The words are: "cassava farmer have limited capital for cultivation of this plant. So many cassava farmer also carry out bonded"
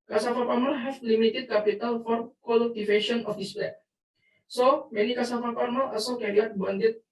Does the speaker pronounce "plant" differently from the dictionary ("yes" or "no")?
yes